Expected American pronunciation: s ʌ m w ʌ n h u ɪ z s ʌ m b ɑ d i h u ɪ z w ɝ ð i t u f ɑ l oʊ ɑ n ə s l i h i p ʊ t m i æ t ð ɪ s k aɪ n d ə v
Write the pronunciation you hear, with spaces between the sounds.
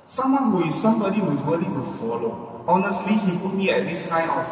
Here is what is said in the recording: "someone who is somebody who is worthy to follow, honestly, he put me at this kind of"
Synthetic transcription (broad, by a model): s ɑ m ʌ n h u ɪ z s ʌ m b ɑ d i h u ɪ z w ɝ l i t u f ɑ l oʊ ɑ n ə s l i h i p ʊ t m i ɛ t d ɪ s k aɪ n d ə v